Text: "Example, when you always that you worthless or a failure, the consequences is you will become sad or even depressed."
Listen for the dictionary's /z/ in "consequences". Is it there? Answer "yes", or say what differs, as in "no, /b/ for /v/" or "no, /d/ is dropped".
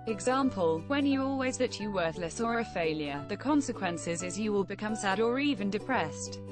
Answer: yes